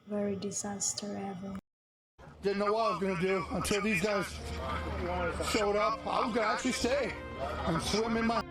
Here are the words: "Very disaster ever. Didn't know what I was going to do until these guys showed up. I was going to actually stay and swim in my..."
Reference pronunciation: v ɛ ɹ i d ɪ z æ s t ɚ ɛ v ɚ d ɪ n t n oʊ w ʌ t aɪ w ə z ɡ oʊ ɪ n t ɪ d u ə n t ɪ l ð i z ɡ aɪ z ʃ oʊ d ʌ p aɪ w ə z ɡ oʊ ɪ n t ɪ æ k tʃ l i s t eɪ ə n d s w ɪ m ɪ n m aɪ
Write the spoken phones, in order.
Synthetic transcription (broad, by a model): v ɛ ɹ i d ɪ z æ s t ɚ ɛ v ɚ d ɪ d n oʊ w ʌ t aɪ w ə z ɡ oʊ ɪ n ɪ d u ə n t ɪ l ð i z ɡ aɪ z ʃ oʊ d ʌ p aɪ w ə z ɡ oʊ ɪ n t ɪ æ k tʃ l i s t eɪ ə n s w ɪ m ɪ n m aɪ